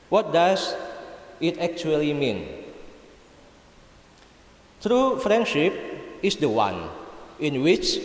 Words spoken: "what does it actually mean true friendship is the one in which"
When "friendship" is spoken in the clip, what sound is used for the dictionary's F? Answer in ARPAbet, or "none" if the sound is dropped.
F